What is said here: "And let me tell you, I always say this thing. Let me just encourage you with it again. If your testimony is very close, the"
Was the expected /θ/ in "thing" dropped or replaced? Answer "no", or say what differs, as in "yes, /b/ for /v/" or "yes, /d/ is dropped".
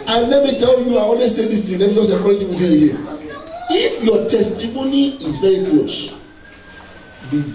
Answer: yes, /t/ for /θ/